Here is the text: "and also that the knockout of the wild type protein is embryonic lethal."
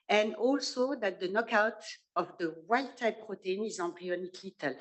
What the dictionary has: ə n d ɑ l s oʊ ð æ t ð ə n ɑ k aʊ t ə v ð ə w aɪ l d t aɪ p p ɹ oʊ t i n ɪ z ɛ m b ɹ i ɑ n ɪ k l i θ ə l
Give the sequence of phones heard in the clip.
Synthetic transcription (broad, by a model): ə n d ɑ l s oʊ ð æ t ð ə n ɑ k aʊ t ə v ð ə w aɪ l t aɪ p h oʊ t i n ɪ z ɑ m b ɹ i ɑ n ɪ k l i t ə l